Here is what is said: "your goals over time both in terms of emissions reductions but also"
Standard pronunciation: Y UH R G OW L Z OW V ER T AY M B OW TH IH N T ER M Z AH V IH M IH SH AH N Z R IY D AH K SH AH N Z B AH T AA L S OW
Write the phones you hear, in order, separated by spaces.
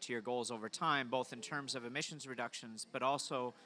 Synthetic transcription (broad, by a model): Y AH R G OW L Z OW V ER T AY M B OW TH IH N T ER M Z AH V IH M IH SH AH N Z R IY D AH K SH AH N Z B AH T AA L S OW